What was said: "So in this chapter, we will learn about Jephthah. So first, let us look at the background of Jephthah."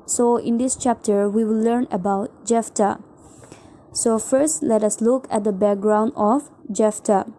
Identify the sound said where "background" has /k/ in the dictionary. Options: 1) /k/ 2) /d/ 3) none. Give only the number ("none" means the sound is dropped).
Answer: 1